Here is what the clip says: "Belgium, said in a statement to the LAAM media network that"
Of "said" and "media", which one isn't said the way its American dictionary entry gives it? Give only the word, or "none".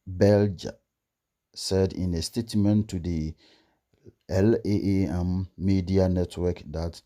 none